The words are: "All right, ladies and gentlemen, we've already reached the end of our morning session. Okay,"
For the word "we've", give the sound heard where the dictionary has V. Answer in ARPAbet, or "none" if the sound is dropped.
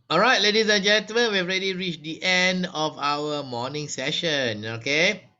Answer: none